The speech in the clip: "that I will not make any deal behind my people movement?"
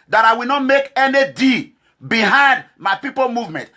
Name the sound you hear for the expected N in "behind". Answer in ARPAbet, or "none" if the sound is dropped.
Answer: N